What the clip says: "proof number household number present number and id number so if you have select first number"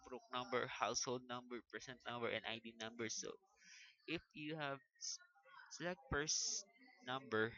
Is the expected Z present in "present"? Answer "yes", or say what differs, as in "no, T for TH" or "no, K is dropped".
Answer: no, S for Z